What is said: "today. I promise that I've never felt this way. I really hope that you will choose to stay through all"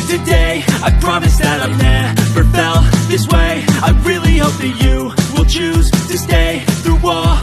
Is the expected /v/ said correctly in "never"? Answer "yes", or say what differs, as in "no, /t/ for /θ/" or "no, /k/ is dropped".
no, /f/ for /v/